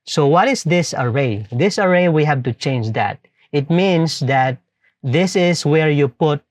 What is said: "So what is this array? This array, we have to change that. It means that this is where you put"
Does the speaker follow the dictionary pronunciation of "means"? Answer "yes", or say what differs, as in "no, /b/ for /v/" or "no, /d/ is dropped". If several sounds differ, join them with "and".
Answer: no, /s/ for /z/